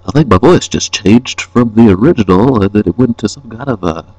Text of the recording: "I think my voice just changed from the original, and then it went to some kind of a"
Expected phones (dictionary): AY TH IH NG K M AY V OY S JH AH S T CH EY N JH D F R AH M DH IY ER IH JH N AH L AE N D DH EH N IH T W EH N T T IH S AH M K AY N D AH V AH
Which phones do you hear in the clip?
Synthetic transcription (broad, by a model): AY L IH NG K M AY V OY S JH AH S CH EY N JH D F R AH M DH IY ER IH JH AH N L DH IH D IH T W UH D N T IH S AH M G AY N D AH V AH